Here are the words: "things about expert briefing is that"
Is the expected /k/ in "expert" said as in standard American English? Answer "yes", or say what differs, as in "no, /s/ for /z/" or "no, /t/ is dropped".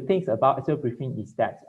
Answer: no, /k/ is dropped